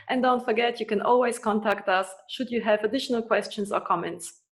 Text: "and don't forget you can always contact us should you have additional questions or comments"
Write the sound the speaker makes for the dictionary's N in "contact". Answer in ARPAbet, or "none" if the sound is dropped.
N